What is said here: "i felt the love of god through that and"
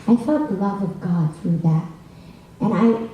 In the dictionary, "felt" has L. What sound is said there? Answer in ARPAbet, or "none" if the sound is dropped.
none